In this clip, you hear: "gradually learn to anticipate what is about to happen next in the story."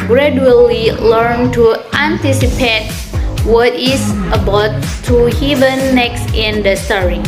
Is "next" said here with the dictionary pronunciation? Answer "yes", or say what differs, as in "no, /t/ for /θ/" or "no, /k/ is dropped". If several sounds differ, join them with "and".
yes